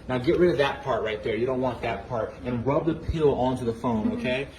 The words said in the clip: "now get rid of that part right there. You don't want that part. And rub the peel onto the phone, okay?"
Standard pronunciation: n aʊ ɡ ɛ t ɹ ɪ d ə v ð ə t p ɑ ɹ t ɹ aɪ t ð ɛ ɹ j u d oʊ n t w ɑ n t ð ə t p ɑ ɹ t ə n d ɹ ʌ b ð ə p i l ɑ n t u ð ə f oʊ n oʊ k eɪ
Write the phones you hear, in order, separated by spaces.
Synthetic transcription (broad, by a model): n aʊ ɡ ɛ t ɹ ɪ d ə v ð ə t p ɑ ɹ t ɹ aɪ t ð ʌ ɹ j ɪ d oʊ n t w ɑ n ð ə t p ɑ ɹ t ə n ɹ ʌ b ð ə p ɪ l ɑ n t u ð ə f oʊ n oʊ k eɪ